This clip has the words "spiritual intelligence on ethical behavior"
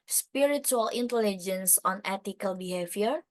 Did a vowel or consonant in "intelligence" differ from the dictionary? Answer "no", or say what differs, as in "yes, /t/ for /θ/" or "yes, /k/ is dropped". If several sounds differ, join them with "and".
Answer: no